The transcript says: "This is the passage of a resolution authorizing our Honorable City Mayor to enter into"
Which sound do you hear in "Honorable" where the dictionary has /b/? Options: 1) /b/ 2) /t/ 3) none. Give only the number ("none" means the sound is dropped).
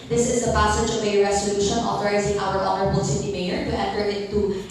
1